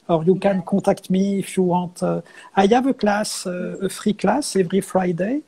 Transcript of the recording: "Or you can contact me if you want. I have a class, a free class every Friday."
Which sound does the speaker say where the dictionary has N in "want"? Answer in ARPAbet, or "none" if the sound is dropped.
none